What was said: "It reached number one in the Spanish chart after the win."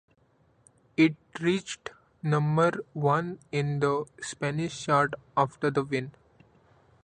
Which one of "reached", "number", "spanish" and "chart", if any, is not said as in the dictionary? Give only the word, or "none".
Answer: chart